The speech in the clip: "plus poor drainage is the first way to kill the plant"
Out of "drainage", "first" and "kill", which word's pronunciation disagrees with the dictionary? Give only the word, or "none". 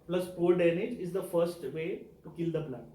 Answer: drainage